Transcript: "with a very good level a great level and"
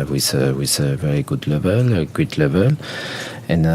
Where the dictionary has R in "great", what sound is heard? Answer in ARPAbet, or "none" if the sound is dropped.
W